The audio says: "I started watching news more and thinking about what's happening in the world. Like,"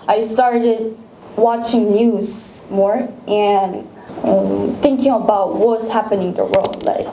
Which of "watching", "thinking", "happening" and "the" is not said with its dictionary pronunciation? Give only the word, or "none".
none